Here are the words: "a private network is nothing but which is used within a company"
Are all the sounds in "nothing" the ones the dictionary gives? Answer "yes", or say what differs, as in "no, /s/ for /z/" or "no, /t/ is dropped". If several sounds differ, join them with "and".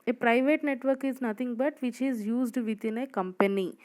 no, /t/ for /θ/